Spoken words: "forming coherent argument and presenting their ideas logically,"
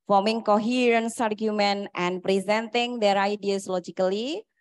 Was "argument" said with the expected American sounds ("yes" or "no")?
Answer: yes